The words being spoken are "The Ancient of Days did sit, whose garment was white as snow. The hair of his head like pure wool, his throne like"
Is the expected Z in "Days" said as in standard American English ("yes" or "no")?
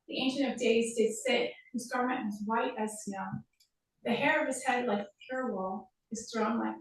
yes